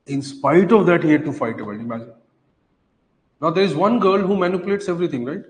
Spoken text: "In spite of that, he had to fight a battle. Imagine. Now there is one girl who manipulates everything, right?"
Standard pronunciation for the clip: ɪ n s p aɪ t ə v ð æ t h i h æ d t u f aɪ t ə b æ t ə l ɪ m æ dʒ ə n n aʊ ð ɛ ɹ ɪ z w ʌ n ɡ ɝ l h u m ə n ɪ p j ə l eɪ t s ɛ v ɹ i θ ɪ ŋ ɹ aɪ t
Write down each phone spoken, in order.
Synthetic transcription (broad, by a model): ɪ n s p aɪ t ə v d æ t h i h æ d t u f aɪ t ə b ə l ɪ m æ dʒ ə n n aʊ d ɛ ɹ ɪ z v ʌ n ɡ ɝ l h u m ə n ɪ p j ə l eɪ t s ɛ v ɹ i t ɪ ŋ ɹ aɪ t